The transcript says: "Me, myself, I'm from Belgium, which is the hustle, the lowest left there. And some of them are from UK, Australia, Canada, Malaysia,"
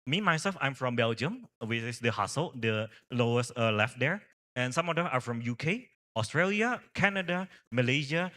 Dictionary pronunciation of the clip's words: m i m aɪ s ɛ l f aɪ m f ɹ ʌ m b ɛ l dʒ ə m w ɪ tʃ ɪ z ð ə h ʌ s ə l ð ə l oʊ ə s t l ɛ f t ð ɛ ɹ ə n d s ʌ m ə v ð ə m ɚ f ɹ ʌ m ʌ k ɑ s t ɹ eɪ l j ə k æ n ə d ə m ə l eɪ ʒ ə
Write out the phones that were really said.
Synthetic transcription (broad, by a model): m i m aɪ s ɛ l f aɪ m f ɹ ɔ m b ɛ l dʒ ə m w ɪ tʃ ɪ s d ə h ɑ s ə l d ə l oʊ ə s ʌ l ɛ f t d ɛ ɹ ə n s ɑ m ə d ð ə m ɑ f ɹ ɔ m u k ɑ s t ɹ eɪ l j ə k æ n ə d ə m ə l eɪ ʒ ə